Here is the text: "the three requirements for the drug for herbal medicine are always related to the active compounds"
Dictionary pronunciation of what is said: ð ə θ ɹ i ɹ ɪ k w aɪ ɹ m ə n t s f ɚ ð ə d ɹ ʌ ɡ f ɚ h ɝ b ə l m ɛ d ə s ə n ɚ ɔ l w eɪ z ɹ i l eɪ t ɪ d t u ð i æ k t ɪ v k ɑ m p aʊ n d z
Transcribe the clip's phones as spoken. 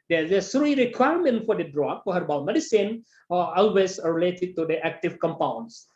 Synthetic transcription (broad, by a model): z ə s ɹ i ɹ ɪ k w aɪ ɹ m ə n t f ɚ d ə d ɹ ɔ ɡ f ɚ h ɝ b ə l m ɛ d ə s ə n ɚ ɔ l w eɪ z ɹ i l eɪ t ɪ d t u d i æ k t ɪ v k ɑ m p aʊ n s